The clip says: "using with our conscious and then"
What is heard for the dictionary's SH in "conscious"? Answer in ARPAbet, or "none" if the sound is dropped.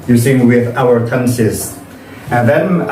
S